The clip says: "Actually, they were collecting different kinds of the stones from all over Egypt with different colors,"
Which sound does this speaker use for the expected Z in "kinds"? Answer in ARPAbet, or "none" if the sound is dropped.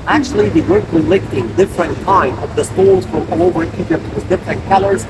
none